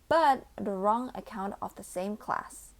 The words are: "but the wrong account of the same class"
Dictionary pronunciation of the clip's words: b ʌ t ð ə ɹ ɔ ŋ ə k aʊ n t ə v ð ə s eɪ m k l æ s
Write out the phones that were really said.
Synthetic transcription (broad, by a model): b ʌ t ð ə ɹ ɔ ŋ ə k aʊ n t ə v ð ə s eɪ m k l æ s